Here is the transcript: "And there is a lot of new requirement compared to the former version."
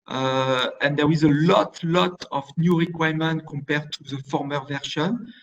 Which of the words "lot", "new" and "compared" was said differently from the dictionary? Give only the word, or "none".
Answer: none